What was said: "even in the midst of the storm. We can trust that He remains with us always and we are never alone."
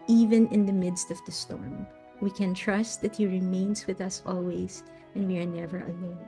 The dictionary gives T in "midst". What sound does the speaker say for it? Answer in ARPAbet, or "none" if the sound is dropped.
T